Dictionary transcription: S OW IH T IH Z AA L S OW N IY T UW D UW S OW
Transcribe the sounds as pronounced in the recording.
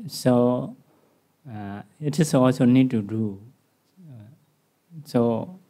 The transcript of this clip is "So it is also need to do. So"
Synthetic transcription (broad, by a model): S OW IH T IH S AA S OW N IY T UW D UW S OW